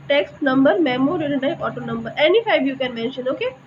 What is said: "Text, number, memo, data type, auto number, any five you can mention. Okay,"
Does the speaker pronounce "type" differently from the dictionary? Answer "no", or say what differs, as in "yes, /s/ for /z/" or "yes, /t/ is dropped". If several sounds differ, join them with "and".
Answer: yes, /p/ is dropped